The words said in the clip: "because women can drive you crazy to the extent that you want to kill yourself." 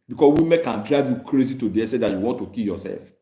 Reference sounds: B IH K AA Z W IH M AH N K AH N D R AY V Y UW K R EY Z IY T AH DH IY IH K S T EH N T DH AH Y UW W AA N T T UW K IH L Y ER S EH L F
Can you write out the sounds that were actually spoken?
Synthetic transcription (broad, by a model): B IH K AA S W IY M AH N K AH N D R AY V Y UW K R EY Z IY T AH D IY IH S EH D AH Y UW W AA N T T UW K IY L Y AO S EH L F